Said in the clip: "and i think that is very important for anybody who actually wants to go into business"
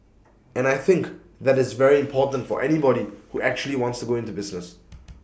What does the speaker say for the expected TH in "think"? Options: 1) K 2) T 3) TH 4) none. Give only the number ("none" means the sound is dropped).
3